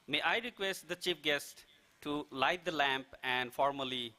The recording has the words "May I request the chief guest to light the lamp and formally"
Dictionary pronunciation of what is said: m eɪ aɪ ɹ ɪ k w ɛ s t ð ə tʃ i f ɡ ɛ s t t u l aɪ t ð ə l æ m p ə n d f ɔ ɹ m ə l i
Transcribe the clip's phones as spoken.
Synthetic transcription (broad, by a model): m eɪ aɪ ɹ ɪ k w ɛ s t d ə tʃ i f ɡ ɛ s t t u l aɪ t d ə l æ m p ə n d f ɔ ɹ m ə l i